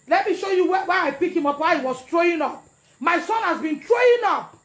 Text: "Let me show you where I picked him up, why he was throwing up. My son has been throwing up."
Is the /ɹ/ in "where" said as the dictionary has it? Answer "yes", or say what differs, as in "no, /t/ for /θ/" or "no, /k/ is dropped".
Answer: no, /w/ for /ɹ/